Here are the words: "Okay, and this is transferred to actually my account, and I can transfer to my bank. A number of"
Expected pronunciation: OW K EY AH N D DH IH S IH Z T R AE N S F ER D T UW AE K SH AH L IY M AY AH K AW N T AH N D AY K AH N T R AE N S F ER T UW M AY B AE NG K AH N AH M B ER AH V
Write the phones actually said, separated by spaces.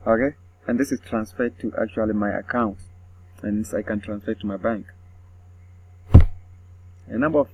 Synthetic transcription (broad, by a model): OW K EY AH N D DH IH S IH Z T R AE N S F ER D T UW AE K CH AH L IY M AY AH K AW N T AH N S AY K AH N T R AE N S F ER T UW M AY B AE NG K AH N AH M B ER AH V